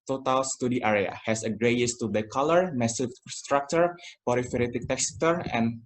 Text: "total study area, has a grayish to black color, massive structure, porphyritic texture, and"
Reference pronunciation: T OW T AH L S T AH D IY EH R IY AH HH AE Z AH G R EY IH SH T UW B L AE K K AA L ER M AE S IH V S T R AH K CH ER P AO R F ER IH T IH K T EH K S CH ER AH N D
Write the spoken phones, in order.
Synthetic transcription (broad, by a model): T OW T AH L S T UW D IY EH R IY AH HH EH S AH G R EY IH S T UW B EH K K AA L ER M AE S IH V S T R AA K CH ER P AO R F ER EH T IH K T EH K S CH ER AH N